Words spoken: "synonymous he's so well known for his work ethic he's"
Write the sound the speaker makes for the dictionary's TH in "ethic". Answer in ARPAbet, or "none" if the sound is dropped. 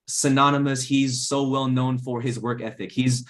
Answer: TH